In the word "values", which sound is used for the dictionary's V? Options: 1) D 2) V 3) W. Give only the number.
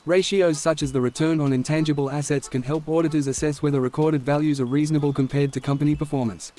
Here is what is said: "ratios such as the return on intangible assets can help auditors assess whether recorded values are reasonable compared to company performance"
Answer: 2